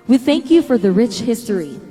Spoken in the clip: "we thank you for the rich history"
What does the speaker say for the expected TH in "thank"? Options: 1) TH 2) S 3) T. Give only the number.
1